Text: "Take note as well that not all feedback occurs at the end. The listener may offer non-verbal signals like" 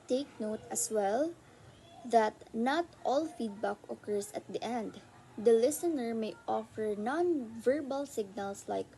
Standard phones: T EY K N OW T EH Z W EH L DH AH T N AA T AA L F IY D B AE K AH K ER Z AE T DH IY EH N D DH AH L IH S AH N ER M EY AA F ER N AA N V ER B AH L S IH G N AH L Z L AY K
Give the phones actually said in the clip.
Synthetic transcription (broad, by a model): T EY K N OW T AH S W EH L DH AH T N AA T AA L F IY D B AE K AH K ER S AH T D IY EH N D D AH L IH S AH N ER M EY AA F ER N AA N V ER B AH L S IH G N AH L S L AY K